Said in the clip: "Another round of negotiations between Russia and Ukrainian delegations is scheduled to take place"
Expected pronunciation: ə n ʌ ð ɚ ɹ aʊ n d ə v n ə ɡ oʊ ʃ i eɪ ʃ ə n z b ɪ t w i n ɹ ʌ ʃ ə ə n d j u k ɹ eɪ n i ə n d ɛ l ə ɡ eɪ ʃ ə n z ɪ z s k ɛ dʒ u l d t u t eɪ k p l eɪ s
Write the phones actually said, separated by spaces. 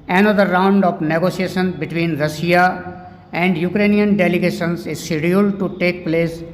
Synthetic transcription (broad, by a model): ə n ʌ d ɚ ɹ aʊ n d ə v n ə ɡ oʊ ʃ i eɪ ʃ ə n b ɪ t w i n ɹ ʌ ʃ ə ə n d j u k ɹ eɪ n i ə n d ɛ l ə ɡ eɪ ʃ ə n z ɪ z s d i u l t u t eɪ k p l eɪ s